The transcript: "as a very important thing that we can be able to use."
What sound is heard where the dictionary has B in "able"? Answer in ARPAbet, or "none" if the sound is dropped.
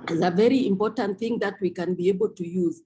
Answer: B